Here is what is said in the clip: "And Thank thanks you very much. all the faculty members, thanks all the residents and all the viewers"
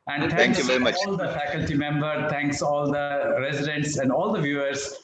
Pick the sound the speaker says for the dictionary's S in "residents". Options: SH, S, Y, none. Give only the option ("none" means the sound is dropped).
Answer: S